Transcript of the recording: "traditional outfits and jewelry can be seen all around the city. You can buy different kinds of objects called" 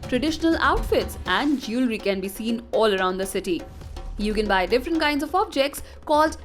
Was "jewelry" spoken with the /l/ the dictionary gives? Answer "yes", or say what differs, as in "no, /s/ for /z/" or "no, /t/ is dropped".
yes